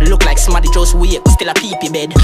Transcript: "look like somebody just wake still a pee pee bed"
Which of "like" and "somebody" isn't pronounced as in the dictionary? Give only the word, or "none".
somebody